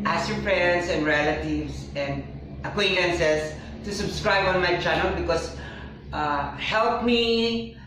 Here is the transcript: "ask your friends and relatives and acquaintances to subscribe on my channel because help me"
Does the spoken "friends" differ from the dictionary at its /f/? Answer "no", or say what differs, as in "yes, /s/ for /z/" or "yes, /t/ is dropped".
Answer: yes, /p/ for /f/